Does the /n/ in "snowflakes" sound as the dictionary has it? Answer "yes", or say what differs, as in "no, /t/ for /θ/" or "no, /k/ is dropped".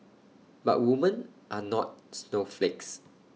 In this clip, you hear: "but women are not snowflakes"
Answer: yes